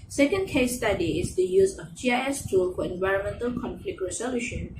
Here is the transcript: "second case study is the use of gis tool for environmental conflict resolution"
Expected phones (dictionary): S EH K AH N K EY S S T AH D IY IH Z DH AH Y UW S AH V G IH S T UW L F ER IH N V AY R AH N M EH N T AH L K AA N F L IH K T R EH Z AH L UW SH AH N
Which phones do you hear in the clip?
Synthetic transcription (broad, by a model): S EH K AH N K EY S S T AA D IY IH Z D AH Y UW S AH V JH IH S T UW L F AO IH N V AY R AH N M EH N T AH L K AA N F L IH K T R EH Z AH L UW SH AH N